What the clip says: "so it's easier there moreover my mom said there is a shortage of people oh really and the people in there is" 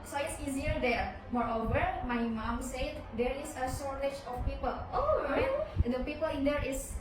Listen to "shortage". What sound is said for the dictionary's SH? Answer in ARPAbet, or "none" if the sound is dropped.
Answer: S